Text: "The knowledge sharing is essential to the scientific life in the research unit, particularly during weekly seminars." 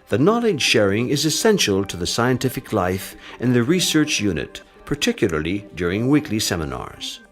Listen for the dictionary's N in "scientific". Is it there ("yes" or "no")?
yes